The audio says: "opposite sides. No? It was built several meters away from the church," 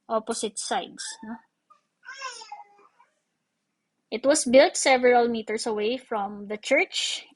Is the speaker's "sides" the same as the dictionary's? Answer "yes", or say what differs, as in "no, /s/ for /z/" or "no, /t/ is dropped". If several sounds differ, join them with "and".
no, /s/ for /z/